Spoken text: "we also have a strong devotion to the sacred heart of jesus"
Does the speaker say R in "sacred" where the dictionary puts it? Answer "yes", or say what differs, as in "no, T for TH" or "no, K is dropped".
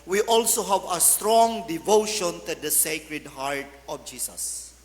yes